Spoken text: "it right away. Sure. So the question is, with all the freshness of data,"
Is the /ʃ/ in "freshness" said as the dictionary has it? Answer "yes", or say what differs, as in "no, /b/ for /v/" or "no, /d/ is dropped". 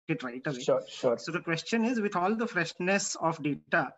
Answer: yes